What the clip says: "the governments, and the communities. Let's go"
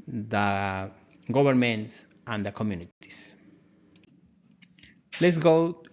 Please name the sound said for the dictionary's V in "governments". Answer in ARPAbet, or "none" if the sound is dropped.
B